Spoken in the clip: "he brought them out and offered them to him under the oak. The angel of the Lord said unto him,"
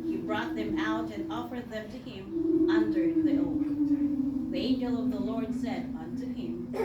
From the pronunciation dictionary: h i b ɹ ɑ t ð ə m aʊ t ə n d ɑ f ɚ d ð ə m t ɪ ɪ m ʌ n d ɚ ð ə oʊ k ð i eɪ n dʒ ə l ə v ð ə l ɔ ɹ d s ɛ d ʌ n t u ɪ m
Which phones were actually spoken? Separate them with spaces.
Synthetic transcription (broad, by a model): h i b ɹ ɑ t ð ə m aʊ t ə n ɑ f ɚ d ð ə m t ɪ ɪ m ʌ n d ɚ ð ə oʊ ð i eɪ n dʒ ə l ə v ð ə l ɔ ɹ d s ɛ d ʌ n t u ɪ m